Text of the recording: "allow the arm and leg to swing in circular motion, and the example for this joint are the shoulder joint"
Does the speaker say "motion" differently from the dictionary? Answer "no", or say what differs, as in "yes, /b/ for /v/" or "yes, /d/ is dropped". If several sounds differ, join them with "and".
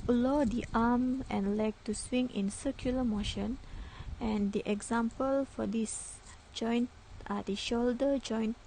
no